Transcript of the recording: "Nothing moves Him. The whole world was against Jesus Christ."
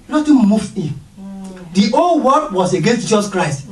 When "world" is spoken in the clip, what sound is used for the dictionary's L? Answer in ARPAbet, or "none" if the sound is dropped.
none